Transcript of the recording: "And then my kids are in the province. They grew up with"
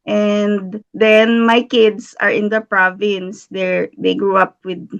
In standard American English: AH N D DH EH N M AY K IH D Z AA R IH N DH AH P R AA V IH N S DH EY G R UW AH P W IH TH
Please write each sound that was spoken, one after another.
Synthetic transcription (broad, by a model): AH N D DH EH N M AY K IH D S AA R IH N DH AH P R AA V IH N S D EY G R UW AH P W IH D